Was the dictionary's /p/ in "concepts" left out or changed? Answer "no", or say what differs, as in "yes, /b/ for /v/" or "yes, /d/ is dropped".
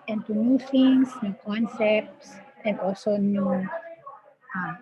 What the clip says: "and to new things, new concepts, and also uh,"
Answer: no